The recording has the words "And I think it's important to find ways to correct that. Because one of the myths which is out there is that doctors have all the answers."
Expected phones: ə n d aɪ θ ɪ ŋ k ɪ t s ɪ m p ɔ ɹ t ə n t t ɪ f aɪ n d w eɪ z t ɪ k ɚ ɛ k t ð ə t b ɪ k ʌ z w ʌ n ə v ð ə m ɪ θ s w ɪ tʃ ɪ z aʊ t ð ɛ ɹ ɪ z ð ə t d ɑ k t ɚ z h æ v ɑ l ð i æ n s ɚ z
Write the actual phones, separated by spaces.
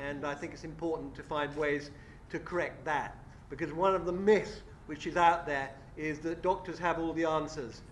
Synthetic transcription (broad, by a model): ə n aɪ θ ɪ ŋ k ɪ t s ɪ m p ɔ ɹ t n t t ɪ f aɪ n d w eɪ z t ɪ k ɚ ɛ k t ð ə t b ɪ k ʌ z w ʌ n ə v ð ə m ɪ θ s w ɪ tʃ ɪ z aʊ t ð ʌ ɹ ɪ z ð ə t d ɑ k t ɚ z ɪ v ɑ l ð i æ n s ɚ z